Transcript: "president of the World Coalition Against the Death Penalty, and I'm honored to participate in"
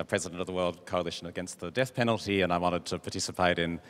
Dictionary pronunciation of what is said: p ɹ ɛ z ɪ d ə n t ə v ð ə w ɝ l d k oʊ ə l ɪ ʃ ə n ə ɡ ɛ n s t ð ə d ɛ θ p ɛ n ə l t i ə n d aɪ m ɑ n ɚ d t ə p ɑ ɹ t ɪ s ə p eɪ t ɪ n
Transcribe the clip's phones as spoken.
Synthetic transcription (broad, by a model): p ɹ ɛ z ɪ d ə n t ə v ð ə w ɝ l d k oʊ ə l ɪ ʃ ə n ə ɡ ɛ n s t ð ə d ɛ θ p ɛ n l t i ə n aɪ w ɑ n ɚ d t ə p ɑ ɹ t ɪ s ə p eɪ t ɪ n